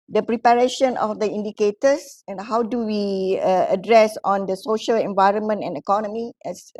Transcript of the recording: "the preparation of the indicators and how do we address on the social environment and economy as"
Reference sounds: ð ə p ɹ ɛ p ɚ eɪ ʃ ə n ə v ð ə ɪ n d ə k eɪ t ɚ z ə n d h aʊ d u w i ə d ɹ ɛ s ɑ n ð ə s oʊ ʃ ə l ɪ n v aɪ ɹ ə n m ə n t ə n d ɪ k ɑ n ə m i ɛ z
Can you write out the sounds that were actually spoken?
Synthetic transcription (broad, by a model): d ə p ɹ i p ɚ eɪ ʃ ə n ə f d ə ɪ n d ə k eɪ t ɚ s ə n h aʊ d u w i ə d ɹ ɛ s ɑ n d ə s oʊ ʃ ə l ɪ n v aɪ ɹ ə n m ə n t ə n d ɪ k ɑ n ə m i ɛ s